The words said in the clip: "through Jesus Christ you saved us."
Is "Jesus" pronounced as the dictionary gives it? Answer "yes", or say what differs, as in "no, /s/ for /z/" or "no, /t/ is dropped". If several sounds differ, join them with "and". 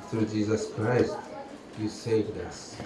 yes